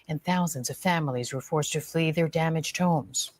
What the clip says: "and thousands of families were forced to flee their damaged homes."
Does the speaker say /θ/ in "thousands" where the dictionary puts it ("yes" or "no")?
yes